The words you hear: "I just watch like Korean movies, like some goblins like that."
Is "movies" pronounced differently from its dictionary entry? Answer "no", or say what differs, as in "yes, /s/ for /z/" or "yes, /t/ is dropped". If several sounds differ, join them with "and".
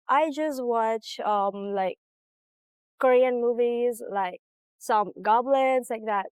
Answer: no